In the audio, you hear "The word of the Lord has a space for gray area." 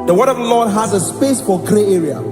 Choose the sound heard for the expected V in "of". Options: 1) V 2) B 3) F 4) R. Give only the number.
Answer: 1